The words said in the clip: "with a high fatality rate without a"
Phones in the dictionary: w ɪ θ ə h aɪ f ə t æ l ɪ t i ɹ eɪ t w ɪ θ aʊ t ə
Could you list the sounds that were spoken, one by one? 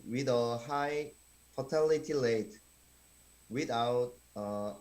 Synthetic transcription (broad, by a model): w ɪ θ ə h aɪ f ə t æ l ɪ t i l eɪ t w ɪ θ aʊ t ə